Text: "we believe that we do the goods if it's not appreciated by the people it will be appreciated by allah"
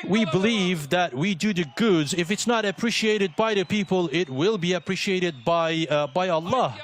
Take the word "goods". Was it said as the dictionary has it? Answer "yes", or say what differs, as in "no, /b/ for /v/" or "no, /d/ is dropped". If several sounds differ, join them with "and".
yes